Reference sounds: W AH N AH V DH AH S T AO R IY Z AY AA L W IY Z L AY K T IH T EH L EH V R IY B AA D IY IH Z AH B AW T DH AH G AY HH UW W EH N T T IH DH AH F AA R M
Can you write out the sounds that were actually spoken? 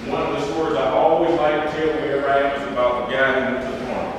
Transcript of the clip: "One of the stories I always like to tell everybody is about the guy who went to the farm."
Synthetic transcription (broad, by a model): W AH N AH V DH AH S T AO R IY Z AY AA L W IY Z L AY K T IH T EH L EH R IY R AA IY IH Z AH B AW T DH AH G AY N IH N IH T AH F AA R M